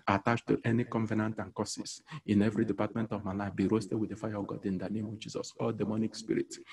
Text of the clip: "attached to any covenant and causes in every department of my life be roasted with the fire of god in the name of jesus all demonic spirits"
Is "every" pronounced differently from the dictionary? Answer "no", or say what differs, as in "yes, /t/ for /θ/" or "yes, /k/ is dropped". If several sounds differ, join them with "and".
no